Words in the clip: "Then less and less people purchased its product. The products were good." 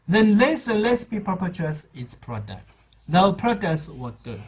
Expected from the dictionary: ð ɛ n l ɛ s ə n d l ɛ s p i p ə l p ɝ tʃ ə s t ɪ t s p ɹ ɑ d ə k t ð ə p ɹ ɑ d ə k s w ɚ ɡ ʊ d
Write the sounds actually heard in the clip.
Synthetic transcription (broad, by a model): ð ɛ n l ɛ s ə n l ɛ s b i p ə p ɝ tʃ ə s ɪ t s p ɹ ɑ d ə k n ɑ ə p ɹ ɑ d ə s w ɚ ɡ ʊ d